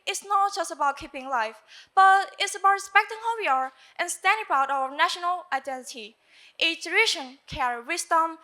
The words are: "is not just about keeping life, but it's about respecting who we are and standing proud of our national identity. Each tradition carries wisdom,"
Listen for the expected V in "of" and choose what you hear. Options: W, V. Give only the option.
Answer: W